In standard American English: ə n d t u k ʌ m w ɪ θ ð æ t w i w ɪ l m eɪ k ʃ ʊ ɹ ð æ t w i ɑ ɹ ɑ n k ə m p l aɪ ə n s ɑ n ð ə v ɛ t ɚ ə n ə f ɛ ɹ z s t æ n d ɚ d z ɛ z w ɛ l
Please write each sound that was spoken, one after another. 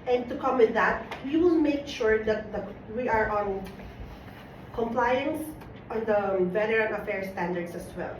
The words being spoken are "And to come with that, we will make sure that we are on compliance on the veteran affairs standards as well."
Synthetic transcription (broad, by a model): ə n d t u k ʌ m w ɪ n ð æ t w i w ɪ l m eɪ k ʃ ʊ ɹ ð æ t w i ɑ ɹ ɑ n k ə m p l aɪ ə n s ɑ n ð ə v ɛ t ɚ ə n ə f ɛ ɹ s t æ n d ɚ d s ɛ s w ɛ l